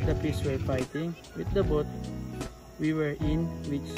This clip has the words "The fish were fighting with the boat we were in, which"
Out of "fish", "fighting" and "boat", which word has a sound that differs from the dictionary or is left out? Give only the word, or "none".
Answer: fish